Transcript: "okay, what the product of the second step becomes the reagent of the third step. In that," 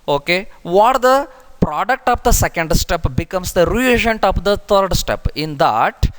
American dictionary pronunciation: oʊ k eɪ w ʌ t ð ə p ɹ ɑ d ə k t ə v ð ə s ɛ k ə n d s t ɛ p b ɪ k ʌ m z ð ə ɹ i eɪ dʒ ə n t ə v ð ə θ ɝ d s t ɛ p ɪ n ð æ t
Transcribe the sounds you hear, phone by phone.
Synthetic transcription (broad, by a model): oʊ k eɪ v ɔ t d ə p ɹ ɑ d ə k t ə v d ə s ɛ k ə n d s t ɛ p b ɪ k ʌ m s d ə ɹ i eɪ dʒ ə n t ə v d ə t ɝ d s t ɛ p ɪ n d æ t